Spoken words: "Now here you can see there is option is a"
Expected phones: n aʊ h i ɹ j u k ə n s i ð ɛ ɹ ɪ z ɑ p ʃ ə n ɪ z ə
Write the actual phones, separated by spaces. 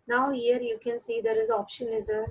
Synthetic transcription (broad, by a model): n aʊ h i ɹ j u k ə n s i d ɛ ɹ ɪ z ɑ p ʃ ə n ɪ z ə